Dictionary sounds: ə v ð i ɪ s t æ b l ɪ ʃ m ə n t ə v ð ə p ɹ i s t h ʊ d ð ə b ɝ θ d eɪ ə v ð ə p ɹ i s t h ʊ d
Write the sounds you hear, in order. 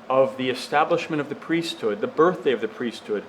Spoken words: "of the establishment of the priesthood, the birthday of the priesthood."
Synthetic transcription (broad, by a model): ə v ð i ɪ s t æ b l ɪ ʃ m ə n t ə v ð ə p ɹ i s t h ʊ d ð ə b ɝ θ d eɪ ə v ð ə p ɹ i s t h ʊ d